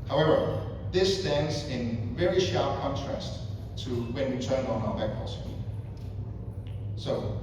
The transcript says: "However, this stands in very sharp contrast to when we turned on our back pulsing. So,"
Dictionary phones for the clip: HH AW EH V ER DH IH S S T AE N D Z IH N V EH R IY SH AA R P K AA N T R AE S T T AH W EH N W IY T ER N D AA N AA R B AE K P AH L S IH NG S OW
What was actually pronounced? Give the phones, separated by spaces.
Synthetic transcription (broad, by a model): HH AW EH V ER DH IH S S T AE N D Z IH N V EH R IY SH AA R P K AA N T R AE S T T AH W EH N W IY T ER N AA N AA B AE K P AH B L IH S OW